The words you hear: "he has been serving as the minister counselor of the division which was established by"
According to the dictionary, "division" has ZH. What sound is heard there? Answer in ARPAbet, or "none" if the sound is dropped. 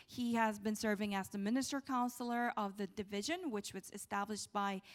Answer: ZH